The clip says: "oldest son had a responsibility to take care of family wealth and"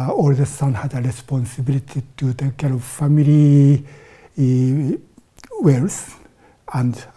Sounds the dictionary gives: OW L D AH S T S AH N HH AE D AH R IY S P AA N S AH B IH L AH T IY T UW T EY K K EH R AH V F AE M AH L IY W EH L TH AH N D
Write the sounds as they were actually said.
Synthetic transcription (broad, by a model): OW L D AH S S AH N HH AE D AH R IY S P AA N S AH B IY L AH T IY T UW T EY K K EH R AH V F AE M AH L IY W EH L S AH N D